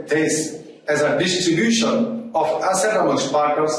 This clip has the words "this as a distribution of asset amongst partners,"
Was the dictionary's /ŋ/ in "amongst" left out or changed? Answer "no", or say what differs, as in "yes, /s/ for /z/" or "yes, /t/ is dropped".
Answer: yes, /ŋ/ is dropped